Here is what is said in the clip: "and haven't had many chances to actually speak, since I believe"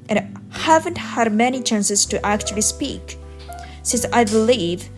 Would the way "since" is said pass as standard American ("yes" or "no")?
yes